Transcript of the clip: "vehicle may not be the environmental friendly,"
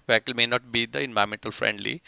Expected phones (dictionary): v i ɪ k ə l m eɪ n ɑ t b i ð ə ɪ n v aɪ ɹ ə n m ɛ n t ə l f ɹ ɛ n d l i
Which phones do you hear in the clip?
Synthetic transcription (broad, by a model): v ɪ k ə l m eɪ n ɑ t b i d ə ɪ n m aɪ ə m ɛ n t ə l f ɹ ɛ n d l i